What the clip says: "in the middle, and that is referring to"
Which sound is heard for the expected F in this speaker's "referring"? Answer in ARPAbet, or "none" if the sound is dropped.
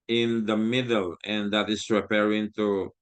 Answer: P